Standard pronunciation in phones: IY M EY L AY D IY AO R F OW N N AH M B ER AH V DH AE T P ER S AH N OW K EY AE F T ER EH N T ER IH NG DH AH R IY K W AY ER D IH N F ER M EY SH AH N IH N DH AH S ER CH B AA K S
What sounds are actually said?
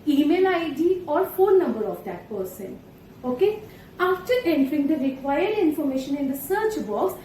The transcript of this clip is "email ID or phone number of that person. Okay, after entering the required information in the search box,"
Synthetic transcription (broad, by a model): IY M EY L AY D IY AO R F OW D N AH M B ER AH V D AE T P ER S AH N OW K EY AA F T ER EH N T ER IH NG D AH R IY K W AY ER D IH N F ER M EY SH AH N IH N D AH S ER CH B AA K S